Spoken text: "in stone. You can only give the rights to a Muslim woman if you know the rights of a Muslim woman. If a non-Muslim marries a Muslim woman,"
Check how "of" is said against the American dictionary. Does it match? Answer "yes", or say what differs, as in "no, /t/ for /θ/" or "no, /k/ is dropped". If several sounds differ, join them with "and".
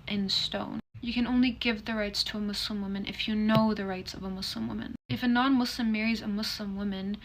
yes